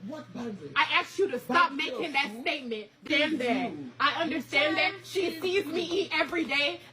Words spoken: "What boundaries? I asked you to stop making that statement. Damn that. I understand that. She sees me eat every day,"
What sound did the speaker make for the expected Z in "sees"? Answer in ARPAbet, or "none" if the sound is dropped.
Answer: Z